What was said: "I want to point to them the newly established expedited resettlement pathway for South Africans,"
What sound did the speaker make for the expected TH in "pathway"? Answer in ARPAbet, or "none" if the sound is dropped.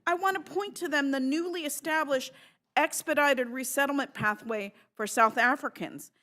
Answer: TH